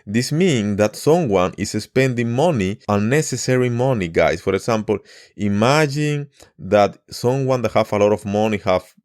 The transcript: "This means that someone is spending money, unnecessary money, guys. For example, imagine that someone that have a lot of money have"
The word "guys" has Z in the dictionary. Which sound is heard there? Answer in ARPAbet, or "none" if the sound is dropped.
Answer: S